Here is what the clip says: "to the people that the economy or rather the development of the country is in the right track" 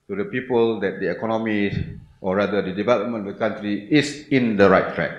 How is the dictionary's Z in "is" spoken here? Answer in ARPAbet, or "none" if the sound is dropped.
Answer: S